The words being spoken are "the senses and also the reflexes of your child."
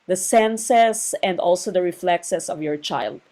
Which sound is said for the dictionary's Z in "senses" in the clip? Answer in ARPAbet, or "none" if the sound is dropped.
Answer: S